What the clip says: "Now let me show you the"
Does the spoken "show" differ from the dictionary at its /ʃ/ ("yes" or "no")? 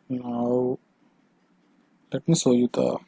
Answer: yes